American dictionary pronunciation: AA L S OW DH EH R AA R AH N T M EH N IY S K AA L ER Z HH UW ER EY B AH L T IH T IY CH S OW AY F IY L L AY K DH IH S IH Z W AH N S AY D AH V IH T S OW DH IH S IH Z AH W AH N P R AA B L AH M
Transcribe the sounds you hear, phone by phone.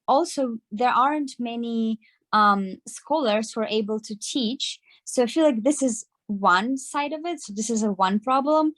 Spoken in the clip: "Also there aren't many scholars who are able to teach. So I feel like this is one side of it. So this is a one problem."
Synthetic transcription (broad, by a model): AA L S OW DH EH R AA R AH N T M EH N IY S K AA L ER Z HH UW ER EY B AH L T IH T IY CH S OW AY F IY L L AY K DH IH S IH Z W AH N S AY D AH V IH T S OW DH IH S IH Z AH W AH N P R AA B L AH M